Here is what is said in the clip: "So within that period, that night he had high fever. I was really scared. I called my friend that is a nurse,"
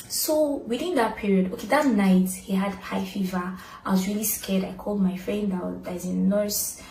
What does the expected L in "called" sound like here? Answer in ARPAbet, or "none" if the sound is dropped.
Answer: L